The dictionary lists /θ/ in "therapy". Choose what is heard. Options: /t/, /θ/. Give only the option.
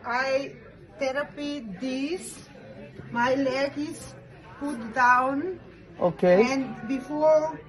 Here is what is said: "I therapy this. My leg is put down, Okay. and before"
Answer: /t/